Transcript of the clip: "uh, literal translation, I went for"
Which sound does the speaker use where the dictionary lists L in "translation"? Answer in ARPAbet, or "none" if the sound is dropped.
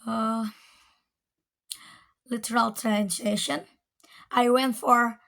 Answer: none